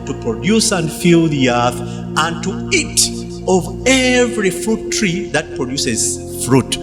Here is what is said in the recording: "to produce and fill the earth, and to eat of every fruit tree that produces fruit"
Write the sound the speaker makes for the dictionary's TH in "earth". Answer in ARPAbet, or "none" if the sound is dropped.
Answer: TH